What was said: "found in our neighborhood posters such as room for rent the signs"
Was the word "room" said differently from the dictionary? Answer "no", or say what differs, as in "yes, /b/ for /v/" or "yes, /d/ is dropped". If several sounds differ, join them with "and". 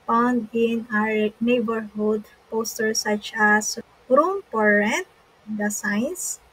no